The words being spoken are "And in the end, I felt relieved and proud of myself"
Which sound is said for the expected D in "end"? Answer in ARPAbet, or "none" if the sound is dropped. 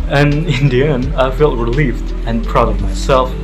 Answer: none